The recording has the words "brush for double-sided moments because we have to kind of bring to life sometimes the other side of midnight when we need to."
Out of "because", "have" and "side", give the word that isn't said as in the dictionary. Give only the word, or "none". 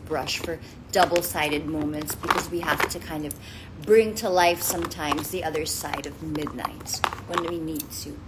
have